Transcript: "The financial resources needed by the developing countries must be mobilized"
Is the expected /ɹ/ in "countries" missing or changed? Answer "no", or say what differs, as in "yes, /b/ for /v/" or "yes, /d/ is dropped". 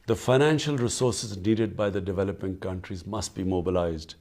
no